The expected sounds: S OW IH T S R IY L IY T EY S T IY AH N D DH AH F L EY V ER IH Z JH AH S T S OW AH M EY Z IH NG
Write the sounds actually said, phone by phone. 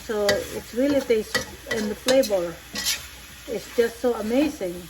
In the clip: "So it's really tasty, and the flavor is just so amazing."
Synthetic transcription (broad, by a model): S OW IH T S R IY L IY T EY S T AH N DH AH P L EY B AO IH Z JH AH S T S OW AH M EY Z IH NG